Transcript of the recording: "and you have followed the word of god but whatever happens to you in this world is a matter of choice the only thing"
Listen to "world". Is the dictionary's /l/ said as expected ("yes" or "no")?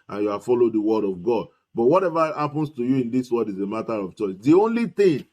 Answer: no